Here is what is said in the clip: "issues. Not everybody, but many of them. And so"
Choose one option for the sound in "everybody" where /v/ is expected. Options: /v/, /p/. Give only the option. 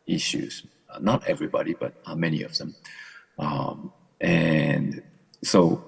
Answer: /v/